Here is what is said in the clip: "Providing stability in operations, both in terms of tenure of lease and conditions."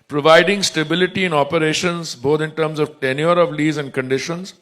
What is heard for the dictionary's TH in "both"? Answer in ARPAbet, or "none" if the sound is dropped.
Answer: T